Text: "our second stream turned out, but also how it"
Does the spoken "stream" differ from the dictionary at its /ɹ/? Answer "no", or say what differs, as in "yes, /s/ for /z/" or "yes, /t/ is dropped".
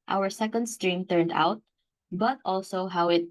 no